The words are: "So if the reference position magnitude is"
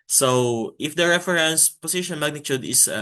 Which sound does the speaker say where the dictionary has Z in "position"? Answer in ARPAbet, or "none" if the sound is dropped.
S